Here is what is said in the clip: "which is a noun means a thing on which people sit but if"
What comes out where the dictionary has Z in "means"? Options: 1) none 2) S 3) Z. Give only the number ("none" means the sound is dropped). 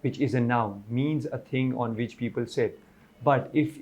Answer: 3